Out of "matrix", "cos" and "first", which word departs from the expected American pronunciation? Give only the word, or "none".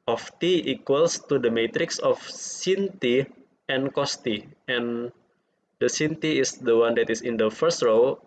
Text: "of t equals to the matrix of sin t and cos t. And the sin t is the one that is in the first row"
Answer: none